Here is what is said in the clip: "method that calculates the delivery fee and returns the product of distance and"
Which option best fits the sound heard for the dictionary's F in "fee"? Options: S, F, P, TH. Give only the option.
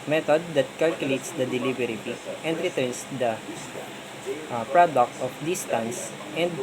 P